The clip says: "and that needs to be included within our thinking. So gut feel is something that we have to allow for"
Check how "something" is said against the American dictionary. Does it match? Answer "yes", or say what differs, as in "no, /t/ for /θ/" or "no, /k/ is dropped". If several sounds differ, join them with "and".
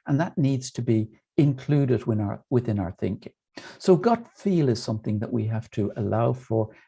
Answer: yes